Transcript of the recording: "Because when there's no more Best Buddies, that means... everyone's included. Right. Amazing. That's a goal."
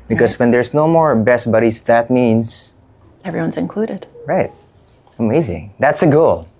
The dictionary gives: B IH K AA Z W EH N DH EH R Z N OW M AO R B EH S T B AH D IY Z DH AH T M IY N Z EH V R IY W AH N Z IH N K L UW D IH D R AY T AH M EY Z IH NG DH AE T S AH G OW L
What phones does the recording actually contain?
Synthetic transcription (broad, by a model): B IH K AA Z W EH N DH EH R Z N OW M AO R B EH S T B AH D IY S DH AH T M IY N S EH V R IY W AH N Z IH N K L UW D IH D R AY T AH M EY Z IH NG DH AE T S AH G OW L